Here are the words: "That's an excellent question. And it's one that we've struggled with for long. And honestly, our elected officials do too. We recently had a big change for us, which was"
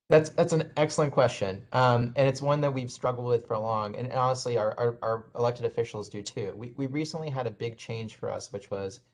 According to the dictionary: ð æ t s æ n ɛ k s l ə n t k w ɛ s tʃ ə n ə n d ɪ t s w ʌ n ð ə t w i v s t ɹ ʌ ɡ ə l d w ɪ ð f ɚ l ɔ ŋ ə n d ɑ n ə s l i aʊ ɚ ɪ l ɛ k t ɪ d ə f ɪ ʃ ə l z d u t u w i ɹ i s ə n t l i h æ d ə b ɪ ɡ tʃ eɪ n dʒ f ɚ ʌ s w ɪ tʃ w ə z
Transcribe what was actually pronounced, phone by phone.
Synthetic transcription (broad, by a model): ð æ t s æ n ɛ k s l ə n k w ɛ s tʃ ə n ə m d ɪ t s w ʌ n ð ə t w i v s t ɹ ʌ ɡ l d w ɪ ð f ɚ l ɔ ŋ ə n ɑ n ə s l i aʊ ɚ ɪ l ɛ k t ɪ d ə f ɪ ʃ l z d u t u w i ɹ i s ə n t l i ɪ d ə b ɪ ɡ tʃ eɪ n ʒ f ɚ ʌ s w ɪ tʃ w ə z